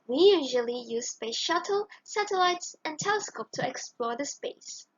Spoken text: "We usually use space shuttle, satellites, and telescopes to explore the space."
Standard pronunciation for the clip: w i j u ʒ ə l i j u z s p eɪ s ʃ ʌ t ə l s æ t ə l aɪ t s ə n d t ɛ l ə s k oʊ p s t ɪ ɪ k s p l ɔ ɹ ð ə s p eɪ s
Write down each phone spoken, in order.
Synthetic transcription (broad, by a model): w i j u ʒ ə l i j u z s p eɪ s ʃ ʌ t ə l s æ t ə l aɪ t s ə n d t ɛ l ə s k oʊ p t ɪ ɪ k s p l ɔ ɹ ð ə s p eɪ s